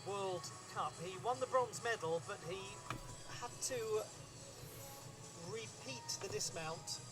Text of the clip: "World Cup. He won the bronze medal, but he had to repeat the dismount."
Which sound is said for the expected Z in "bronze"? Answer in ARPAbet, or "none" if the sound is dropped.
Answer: Z